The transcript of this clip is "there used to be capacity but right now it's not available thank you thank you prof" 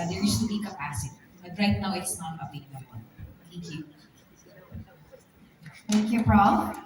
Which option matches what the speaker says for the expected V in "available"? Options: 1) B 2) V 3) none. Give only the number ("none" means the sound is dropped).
1